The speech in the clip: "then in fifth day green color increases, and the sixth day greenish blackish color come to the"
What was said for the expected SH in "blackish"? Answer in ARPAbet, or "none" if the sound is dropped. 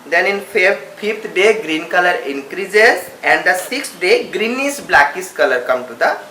S